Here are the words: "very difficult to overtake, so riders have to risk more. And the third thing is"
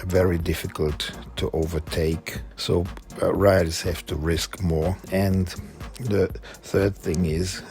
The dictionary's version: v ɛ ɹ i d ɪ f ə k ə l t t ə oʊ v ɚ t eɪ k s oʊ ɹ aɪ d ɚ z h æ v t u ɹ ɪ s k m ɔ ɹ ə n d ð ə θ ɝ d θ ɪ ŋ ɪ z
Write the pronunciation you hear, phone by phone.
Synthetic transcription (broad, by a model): v ɛ ɹ i d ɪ f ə k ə l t t oʊ v ɚ t eɪ k s oʊ ɹ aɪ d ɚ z h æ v t u ɹ ɪ s k m ɔ ɹ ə n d ð ə θ ɝ d θ ɪ ŋ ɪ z